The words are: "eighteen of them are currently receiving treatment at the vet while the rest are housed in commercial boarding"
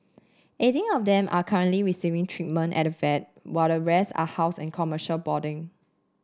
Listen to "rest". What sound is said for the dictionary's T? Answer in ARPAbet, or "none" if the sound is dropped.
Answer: none